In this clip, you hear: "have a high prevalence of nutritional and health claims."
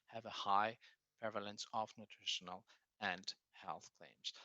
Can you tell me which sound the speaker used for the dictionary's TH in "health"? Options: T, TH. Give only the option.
TH